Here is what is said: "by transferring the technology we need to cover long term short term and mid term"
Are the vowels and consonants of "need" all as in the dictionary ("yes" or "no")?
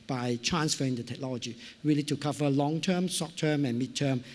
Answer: no